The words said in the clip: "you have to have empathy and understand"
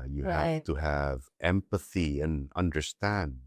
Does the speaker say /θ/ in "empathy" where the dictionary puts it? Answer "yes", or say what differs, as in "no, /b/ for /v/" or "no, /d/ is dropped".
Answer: yes